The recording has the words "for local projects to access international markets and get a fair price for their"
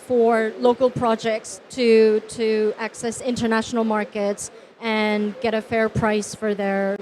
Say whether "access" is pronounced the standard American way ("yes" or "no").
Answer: yes